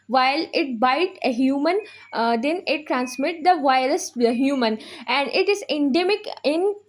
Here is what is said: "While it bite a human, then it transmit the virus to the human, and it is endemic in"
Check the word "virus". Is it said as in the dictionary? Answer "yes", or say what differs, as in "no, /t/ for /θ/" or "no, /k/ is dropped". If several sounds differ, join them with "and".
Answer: no, /ɹ/ is dropped and /s/ is dropped